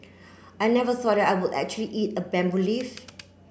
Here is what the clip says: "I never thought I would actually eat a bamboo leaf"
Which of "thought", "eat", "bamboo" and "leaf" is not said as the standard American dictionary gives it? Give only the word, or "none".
thought